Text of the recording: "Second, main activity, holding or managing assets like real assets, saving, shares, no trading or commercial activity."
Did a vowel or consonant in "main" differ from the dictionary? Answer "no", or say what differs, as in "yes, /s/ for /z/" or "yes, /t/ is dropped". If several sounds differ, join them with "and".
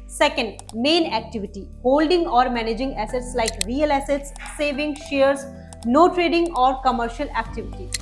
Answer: no